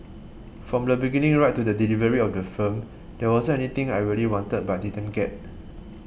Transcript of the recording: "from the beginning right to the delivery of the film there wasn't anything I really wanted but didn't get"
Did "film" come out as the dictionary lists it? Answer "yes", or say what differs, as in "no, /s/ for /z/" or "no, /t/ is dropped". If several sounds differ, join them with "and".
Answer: no, /l/ is dropped